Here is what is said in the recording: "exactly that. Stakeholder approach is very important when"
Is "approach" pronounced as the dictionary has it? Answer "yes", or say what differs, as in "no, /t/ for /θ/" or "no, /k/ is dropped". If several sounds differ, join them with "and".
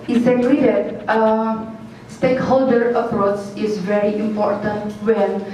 no, /s/ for /tʃ/